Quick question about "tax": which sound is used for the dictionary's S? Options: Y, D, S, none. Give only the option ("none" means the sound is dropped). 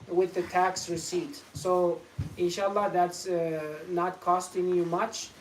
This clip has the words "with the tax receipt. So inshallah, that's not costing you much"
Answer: S